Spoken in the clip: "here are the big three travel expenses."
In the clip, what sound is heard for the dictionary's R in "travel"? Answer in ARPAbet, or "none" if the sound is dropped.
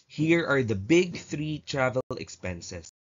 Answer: R